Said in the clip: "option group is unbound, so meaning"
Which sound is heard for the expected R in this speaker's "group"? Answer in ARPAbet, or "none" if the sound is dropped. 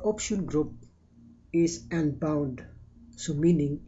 R